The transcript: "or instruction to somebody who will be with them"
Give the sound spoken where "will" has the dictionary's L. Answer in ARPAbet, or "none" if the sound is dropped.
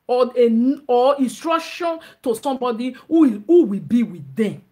W